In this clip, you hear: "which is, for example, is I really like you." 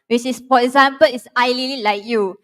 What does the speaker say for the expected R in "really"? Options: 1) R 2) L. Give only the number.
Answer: 2